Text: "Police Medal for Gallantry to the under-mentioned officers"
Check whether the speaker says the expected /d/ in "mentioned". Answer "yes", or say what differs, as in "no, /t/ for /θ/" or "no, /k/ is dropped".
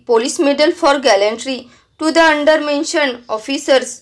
no, /d/ is dropped